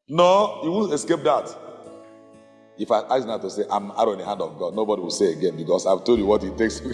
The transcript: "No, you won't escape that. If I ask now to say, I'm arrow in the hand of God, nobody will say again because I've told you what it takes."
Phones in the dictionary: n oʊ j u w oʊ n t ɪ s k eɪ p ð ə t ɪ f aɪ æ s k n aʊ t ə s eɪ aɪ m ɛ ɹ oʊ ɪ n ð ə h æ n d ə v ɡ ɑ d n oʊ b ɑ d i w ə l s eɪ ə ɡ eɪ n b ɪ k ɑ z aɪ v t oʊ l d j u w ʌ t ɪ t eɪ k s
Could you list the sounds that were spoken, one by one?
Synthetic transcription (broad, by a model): n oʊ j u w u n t ɪ s k eɪ p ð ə t ɪ f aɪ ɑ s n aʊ t ə s eɪ aɪ m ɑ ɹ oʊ ɪ n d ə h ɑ n d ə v ɡ ɑ d n oʊ b ɑ d i w ə l s eɪ ə ɡ eɪ n b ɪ k ɑ s aɪ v t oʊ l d j u w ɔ t ɪ t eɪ k s